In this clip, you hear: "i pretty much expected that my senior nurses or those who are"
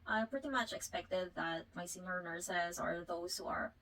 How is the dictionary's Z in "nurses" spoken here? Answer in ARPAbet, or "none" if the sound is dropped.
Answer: Z